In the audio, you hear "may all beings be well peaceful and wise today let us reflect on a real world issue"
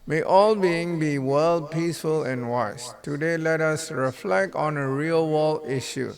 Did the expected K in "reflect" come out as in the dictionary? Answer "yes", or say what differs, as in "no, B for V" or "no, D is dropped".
yes